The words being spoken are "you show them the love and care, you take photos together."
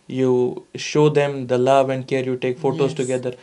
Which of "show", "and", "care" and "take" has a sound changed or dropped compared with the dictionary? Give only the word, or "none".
none